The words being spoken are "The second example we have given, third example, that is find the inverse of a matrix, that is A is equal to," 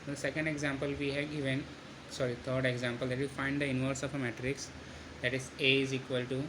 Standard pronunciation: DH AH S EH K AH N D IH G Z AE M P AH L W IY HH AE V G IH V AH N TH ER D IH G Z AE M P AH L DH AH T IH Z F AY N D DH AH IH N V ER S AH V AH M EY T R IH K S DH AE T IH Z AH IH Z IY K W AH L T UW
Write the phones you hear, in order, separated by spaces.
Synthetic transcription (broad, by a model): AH S EH K AH N D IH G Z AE M P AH L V IY HH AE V G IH V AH N T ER D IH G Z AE M P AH L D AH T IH F AY N D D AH IH N V ER S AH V AH M EY T R IH K S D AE T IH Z AH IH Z IY K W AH L T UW